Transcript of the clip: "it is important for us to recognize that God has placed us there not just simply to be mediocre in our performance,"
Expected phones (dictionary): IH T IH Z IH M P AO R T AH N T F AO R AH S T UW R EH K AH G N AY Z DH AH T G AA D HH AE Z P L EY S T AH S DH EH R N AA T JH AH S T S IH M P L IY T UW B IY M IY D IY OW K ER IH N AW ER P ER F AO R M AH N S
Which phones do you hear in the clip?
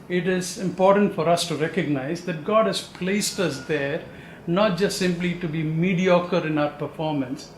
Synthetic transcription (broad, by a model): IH T IH Z IH M P AO R T AH N T F AO R AH S T UW R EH K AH G N AY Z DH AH T G AA D HH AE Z P L EY S T AH S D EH R N AA T JH AH S T S IH M P L IY T UW B IY M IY D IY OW K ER IH N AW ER P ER F AO R M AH N S